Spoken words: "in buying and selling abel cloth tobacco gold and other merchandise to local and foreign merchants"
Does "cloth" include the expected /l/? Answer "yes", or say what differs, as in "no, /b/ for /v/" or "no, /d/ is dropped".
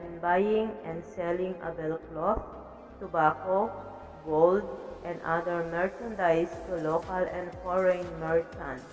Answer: yes